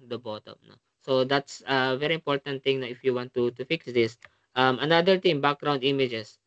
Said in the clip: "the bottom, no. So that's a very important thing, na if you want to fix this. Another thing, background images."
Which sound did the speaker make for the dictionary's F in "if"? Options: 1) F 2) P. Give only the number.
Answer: 1